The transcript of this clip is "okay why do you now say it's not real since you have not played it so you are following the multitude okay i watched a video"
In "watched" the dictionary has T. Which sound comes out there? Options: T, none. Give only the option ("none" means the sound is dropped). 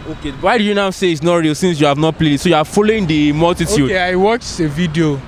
none